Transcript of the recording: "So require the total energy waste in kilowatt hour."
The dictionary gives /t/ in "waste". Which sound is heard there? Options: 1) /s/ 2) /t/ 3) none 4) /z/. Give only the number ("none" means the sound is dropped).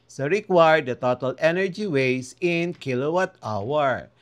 3